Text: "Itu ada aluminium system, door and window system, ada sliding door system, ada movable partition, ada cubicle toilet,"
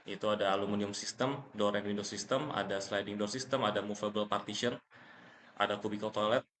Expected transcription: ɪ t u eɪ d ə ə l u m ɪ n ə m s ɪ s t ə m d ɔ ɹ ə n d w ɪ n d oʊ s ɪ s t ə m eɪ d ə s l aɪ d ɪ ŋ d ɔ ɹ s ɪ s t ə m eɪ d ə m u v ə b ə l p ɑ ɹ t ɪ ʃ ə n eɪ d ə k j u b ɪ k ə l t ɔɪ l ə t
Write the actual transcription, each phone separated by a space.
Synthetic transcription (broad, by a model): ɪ t u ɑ d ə l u m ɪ n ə m s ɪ s t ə m d ɔ ɹ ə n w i n d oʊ s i s t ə m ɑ d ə s l aɪ d ɪ ŋ d ɔ ɹ s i s t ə m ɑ d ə m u f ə b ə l p ɑ ɹ t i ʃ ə n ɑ d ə k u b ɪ k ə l t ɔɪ l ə t